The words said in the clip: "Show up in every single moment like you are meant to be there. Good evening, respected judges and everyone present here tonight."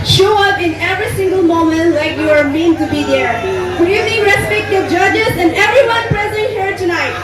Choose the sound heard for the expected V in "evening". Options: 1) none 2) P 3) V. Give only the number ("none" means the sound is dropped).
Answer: 1